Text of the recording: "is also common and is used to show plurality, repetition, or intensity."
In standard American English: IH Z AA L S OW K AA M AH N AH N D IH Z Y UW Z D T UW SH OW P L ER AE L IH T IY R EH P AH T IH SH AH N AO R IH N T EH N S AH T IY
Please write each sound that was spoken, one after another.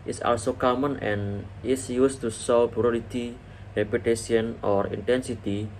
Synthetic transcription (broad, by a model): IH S AA L S OW K AA M AH N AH N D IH S Y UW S T UW S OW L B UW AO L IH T IY R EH P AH T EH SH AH N AO R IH N T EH N S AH T IY